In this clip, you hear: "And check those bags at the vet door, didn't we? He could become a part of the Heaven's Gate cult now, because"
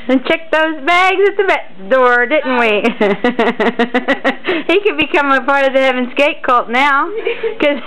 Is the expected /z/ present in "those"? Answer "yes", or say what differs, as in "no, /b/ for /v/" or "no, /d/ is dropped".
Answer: yes